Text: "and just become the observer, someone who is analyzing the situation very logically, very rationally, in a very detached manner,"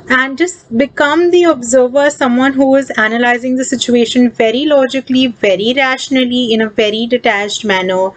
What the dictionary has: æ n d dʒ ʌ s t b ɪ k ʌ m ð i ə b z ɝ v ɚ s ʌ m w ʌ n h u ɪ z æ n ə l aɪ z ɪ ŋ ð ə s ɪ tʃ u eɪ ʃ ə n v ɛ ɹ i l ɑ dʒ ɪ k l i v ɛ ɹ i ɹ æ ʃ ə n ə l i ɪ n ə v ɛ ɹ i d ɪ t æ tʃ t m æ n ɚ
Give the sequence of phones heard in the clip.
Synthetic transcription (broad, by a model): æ n d dʒ ʌ s t b ɪ k ʌ m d i ə b z ɝ v ɚ s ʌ m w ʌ n h u ɪ z æ n ə l aɪ z ɪ ŋ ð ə s ɪ tʃ u eɪ ʃ ə n v ɛ ɹ i l ɑ dʒ ɪ k l i v ɛ ɹ i ɹ æ ʃ ə n ə l i ɪ n ə v ɛ ɹ i d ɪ t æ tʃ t m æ n ɚ